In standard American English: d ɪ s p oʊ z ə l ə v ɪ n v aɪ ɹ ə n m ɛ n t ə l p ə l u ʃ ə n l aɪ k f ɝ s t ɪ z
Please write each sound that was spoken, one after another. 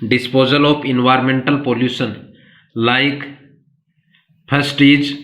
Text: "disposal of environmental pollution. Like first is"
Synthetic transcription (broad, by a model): d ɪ s p oʊ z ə l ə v ɪ n v aɪ ɹ ə n m ɛ n t ə l p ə l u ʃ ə n l aɪ k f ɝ s t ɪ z